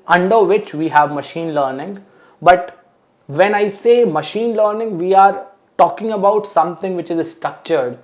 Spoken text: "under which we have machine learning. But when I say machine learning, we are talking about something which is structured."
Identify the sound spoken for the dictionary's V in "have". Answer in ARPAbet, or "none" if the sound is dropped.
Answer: V